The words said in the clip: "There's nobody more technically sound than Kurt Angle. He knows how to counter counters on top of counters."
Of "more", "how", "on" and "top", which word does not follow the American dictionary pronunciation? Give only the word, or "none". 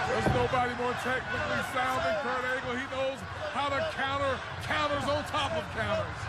on